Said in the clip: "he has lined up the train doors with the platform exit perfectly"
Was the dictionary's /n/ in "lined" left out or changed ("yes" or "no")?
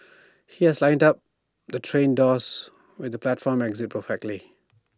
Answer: no